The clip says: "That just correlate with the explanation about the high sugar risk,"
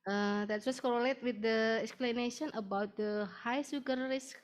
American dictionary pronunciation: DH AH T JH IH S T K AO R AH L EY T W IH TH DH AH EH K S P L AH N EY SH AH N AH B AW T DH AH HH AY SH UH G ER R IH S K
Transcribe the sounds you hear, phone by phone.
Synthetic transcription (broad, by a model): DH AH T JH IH S K AO R AH L EY T W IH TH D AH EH K S P L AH N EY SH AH N AH B AW T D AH HH AY S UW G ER R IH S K